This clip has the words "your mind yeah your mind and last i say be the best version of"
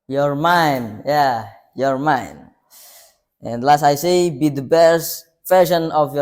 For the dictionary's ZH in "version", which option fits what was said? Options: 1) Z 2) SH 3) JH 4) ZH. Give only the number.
2